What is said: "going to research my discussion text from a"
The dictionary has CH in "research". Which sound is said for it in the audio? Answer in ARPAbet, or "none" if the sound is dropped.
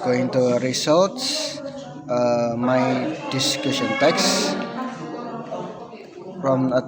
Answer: S